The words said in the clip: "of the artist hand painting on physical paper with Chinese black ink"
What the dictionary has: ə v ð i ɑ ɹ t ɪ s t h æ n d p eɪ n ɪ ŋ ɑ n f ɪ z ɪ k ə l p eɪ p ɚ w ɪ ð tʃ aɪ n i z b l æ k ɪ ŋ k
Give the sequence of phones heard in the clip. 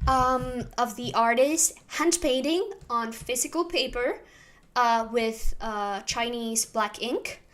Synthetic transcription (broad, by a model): ə v ð i ɑ ɹ t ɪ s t h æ n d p eɪ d ɪ ŋ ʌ n f ɪ z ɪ k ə l p eɪ p ɚ w ɪ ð tʃ aɪ n i z b l æ k ɪ ŋ k